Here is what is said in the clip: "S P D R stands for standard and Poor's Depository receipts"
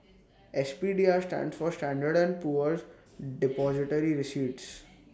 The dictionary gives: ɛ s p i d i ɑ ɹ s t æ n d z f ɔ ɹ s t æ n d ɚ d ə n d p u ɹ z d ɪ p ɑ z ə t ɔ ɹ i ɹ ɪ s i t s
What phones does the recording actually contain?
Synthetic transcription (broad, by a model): ɛ s p i d i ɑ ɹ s t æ n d s f ɔ ɹ s t æ n d ɚ d ə n d p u ɹ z d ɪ p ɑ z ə t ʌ ɹ i ɹ ɪ s i t s